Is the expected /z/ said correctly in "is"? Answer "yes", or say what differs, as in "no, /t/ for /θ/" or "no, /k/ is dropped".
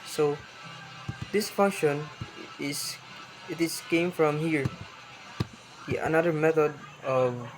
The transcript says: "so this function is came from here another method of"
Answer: no, /s/ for /z/